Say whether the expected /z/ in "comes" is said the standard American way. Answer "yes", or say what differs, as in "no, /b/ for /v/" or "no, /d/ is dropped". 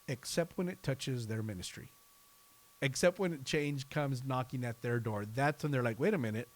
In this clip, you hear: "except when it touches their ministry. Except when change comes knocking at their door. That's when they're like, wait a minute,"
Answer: yes